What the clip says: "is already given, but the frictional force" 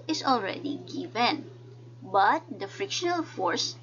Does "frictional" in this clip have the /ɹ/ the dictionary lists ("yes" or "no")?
yes